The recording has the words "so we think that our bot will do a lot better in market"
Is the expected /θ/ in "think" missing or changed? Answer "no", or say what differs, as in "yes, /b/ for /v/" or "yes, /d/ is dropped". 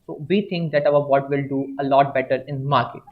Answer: yes, /t/ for /θ/